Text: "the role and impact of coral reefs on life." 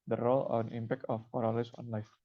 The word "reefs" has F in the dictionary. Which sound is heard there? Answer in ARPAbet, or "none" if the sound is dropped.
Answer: none